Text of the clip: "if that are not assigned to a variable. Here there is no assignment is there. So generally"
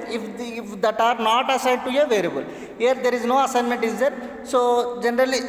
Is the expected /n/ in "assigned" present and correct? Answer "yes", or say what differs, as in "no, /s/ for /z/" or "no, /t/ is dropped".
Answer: no, /n/ is dropped